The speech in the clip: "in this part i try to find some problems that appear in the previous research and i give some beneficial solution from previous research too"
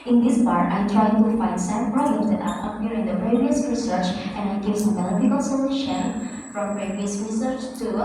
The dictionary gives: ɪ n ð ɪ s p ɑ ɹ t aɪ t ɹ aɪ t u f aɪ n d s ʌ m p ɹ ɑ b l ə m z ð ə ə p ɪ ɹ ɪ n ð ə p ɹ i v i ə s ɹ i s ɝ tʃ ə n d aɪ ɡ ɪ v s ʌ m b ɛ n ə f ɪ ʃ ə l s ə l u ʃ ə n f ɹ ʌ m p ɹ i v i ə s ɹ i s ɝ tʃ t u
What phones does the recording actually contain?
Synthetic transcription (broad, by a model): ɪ n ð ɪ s p ɑ ɹ t aɪ t ɹ aɪ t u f aɪ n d s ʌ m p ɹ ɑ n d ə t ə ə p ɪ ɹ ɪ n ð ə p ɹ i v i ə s ɹ i s ɝ tʃ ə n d aɪ ɡ ɪ v s ʌ m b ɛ l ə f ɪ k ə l s ə l u ʃ ə n f ɹ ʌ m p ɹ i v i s ɹ i s ɝ tʃ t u